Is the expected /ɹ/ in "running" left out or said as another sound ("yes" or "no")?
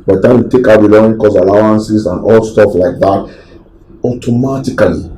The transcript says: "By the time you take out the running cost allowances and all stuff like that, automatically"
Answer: yes